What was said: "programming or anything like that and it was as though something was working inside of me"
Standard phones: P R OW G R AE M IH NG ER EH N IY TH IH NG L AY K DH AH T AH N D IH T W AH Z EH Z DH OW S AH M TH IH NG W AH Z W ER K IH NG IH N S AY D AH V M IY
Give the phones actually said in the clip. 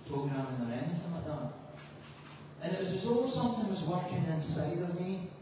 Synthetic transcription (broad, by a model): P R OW G R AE M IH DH ER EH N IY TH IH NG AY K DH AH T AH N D IH T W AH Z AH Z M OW S AH M TH IH NG W AH Z W ER K IH NG IH N S AY D AH V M IY